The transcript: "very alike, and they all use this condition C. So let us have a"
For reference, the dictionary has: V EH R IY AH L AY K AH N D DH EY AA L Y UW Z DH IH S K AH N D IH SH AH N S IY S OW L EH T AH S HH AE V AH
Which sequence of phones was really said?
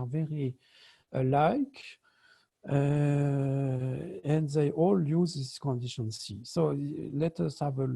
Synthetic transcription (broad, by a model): V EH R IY AH L AY K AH N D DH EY AA L Y UW Z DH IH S K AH N D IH SH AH N S IY S OW L EH T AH S HH AE V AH